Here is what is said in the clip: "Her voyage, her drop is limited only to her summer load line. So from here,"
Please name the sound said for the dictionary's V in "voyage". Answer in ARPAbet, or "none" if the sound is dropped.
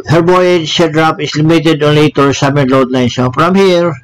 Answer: B